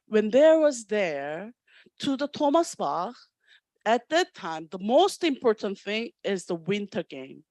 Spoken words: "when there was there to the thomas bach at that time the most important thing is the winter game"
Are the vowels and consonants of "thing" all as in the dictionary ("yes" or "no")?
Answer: yes